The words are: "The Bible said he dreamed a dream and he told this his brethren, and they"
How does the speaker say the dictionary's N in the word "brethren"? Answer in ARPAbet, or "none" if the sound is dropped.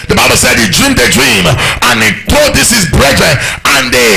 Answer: none